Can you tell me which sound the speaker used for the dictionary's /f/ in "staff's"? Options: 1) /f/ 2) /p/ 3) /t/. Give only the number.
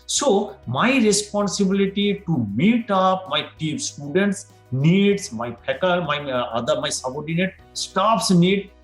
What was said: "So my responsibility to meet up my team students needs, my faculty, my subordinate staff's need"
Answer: 2